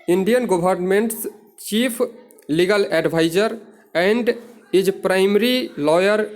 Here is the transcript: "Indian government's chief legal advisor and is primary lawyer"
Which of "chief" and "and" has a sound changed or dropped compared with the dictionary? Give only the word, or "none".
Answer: chief